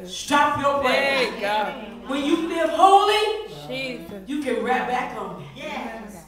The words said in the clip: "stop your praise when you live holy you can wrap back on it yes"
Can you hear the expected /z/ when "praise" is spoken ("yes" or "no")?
no